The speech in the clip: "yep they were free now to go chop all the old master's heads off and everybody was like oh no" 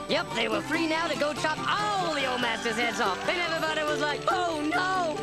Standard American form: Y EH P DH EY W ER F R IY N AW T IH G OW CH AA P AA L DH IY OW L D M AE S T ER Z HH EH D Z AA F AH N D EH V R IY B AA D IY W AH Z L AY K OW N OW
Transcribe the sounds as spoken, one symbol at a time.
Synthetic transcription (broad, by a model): Y EH P DH EY W ER F R IY N AW T IH G OW CH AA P AA L DH IY OW L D M AE S T ER Z HH EH D Z AA F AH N EH V R IY B AA D IY W AH Z L AY K OW N OW